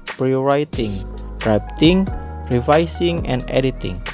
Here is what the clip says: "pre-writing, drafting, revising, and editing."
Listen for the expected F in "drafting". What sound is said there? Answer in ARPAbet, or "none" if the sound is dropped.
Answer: P